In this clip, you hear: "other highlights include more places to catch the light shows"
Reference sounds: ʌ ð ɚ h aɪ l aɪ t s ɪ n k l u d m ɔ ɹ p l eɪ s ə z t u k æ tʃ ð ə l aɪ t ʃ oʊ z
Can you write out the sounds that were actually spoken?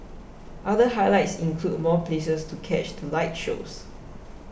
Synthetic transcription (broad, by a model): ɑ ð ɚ h aɪ l aɪ t s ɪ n k l u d m ɔ p l eɪ s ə s t u k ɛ tʃ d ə l aɪ t ʃ oʊ s